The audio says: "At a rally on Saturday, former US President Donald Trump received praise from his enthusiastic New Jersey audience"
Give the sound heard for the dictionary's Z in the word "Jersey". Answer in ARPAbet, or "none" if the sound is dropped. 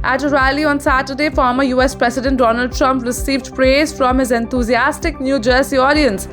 S